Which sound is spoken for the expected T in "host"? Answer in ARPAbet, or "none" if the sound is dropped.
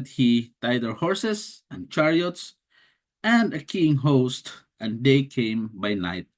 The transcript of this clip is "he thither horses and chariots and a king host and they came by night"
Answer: T